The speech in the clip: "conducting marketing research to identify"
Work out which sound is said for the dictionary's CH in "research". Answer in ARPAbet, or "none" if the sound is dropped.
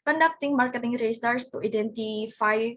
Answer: S